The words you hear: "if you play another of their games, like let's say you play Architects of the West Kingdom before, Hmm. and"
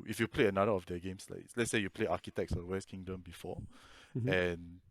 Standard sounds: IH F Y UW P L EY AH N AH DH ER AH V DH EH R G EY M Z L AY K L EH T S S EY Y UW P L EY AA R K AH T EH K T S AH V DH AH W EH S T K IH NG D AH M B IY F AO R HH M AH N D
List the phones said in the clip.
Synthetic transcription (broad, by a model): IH F Y UW P L EY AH N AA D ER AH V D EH G EY M S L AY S L EH T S S EY Y UW P L EY AA K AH T EH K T S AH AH W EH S K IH NG D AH M B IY F AO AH N